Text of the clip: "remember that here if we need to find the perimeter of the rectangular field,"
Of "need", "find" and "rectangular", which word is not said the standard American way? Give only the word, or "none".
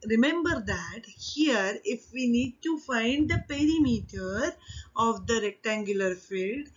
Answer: none